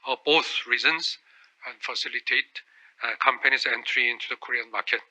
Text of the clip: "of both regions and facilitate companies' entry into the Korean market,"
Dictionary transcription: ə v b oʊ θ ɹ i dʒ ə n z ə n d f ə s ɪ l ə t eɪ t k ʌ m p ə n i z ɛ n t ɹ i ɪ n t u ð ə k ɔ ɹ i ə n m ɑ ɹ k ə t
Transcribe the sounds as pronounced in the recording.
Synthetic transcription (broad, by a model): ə b oʊ θ ɹ i z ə n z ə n f ə s ɪ l ə t eɪ t k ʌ m p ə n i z ɛ n t ɹ i ɪ n t u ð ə k ɔ ɹ i ə n m ɑ k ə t